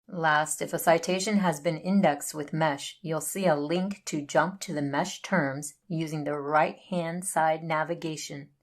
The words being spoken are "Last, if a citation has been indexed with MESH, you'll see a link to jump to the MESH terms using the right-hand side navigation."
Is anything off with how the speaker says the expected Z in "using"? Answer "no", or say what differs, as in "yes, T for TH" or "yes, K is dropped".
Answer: no